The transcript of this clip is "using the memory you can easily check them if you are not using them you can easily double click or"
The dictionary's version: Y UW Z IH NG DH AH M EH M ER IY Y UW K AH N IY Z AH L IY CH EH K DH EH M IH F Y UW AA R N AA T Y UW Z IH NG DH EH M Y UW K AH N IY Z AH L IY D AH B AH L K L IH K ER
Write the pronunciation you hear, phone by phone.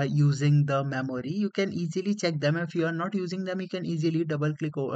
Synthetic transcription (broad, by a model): Y UW Z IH NG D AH M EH M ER IY Y UW K AH N IY Z AH L IY CH EH K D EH M IH F Y UW AA R N AA T Y UW Z IH NG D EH M Y UW K AH N IY Z AH L IY D AH B AH L K L IH K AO